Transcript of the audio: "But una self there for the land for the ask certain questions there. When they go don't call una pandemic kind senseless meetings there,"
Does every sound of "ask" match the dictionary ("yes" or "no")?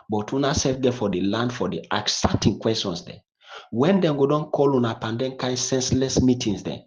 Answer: no